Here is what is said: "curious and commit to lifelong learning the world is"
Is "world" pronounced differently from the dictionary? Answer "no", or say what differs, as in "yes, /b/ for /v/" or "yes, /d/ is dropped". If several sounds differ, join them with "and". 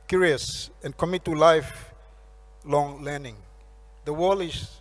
yes, /d/ is dropped